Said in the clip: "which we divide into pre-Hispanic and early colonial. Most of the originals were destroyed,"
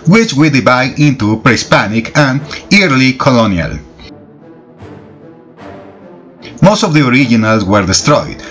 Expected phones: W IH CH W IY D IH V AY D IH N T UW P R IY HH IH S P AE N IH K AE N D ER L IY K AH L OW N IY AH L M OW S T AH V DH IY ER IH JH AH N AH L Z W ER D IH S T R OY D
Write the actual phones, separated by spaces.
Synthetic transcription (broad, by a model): W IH CH W IY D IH B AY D IH N T UW P R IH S P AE N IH K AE N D L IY K AH L OW N IY AH L M OW S T AH V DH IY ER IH JH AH N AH L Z W ER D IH S T R OY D